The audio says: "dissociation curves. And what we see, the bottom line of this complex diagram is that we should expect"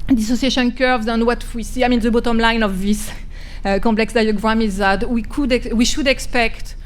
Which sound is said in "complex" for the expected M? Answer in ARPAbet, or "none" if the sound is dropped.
none